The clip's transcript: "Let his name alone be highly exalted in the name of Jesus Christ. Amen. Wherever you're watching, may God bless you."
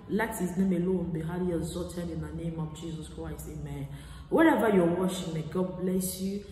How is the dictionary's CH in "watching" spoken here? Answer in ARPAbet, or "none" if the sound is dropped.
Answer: SH